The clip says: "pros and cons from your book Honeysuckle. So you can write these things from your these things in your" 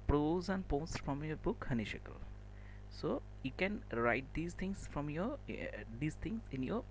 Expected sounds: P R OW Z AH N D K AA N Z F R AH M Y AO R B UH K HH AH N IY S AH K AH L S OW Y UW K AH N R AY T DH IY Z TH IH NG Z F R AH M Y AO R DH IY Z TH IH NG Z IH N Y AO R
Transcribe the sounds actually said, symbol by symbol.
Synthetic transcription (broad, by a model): P R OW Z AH N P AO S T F R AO M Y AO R B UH K HH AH N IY SH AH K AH L S OW Y UW K AH N R AY T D IY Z T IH NG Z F R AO M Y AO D IY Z T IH NG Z IH N Y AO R